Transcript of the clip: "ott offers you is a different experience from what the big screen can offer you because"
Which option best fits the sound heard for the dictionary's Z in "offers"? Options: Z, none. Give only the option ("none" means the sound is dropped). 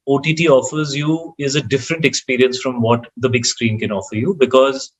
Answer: Z